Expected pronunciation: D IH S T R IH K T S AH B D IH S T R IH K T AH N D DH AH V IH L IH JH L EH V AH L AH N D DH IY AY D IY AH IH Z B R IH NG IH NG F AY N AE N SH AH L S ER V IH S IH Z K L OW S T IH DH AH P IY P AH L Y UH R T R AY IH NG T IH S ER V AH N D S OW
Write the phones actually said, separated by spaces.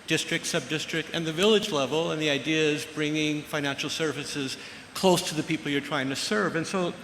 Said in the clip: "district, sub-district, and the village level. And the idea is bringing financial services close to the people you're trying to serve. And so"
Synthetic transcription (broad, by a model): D IH S T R IH K T S AH B D IH S T R IH K T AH N DH AH V IH L IH JH L EH V L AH N DH IY AY D IY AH IH Z B R IH NG IH NG F AY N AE N SH L S ER V IH S IH Z K L OW S T IH DH AH P IY P L Y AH R T R AY IH NG T IH S ER V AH N S OW